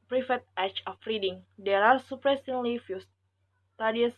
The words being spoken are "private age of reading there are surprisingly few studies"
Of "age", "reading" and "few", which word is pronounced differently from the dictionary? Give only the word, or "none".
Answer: age